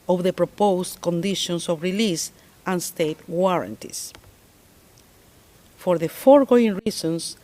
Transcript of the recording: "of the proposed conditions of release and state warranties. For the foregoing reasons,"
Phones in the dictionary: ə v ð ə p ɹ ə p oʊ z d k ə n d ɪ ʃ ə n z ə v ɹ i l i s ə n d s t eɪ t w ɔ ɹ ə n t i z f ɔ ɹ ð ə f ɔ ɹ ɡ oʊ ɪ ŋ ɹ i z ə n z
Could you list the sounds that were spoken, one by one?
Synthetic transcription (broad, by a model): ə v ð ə p ɹ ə p oʊ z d k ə n d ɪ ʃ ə n s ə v ɹ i l i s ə n s t eɪ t w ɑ ɹ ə n t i s f ɔ ɹ ð ə f ɔ ɹ ɡ oʊ ɪ ŋ ɹ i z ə n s